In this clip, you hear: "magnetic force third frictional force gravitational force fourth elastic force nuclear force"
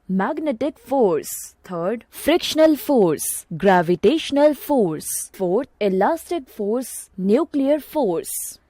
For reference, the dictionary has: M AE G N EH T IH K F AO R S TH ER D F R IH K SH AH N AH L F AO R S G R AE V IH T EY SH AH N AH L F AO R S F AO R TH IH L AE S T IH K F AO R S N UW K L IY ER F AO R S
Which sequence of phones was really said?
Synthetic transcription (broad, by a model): M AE G N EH T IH K F AO R S T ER D F R IH K SH AH N AH L F AO R S G R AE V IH T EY SH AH N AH L F AO R S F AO R T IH L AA S T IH K F AO R S N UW K L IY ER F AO R S